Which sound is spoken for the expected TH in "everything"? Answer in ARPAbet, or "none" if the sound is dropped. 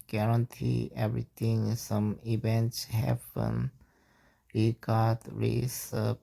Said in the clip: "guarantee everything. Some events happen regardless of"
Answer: T